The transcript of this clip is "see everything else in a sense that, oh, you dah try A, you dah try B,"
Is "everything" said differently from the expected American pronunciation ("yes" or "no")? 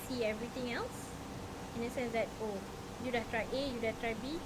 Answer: yes